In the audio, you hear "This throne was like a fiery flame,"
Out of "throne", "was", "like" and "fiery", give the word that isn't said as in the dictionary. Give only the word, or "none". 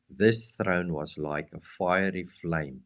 none